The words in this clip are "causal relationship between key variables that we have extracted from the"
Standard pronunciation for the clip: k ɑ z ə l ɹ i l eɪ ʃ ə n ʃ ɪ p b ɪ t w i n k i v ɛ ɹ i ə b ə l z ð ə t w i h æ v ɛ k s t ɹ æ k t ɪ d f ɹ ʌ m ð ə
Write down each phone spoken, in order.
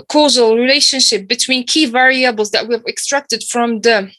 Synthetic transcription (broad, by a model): k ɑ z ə l ɹ i l eɪ ʃ ə n ʃ ɪ p b ɪ t w i n k i v ɛ ɹ i ə b ə l z ð ə t w i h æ v ɛ k s t ɹ æ k t ɪ d f ɹ ʌ m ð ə